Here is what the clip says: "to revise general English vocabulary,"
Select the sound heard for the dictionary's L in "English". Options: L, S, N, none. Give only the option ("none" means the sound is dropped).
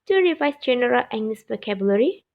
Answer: N